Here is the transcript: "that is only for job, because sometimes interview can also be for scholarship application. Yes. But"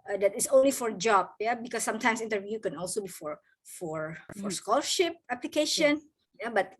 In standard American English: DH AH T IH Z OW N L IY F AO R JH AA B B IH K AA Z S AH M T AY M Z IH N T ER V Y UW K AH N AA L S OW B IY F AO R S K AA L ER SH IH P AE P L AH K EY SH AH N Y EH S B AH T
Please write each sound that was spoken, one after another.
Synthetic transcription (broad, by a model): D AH T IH S OW N L IY F AO R JH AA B B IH K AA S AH M T AY M S IH N T ER V Y UW K AH N AA L S OW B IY F AO R S K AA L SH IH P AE P L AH K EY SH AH N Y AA B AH T